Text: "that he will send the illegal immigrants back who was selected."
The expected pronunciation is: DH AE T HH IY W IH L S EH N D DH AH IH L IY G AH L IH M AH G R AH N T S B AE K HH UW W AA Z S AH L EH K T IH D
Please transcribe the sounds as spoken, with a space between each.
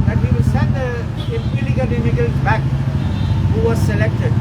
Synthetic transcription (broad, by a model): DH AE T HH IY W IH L S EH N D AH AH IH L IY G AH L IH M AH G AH L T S B AE K HH UW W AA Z S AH L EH K T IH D